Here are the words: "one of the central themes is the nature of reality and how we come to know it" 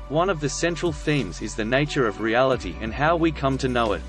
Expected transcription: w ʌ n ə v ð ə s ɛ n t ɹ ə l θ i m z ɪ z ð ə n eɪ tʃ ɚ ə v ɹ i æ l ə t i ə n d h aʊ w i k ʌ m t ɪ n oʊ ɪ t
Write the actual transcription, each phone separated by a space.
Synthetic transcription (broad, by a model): w ʌ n ə v ð ə s ɛ n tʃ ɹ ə l θ i m z ɪ z ð ə n eɪ tʃ ɚ ə v ɹ i æ l ə t i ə n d h aʊ w i k ʌ m t ɪ n oʊ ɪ t